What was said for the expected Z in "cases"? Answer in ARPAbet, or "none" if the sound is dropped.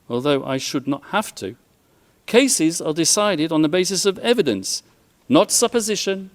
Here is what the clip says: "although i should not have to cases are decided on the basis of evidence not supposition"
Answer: Z